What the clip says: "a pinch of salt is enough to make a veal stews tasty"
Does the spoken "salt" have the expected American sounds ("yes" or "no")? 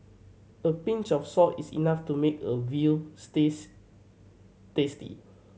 no